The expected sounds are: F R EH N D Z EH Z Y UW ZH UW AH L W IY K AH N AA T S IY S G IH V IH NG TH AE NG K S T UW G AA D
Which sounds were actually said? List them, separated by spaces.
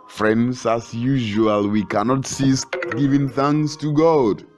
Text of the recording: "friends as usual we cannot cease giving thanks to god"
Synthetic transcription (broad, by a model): F R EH N D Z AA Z Y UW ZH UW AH L W IY K AH N AA T S IY S G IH V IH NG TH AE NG S T UW G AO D